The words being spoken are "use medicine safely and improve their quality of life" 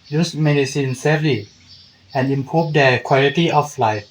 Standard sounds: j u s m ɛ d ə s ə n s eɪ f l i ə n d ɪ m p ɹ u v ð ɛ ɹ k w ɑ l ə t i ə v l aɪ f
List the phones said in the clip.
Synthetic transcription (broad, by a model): j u s m ɛ d ə s ə n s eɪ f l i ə n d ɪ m p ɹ u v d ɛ k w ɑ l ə t i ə f l aɪ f